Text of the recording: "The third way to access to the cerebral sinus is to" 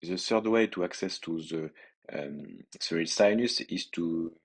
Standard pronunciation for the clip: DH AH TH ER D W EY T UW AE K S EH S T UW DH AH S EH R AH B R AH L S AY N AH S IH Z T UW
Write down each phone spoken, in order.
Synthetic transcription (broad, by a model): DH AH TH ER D W EY T UW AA K S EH S T UW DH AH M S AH R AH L S AY N AH S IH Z T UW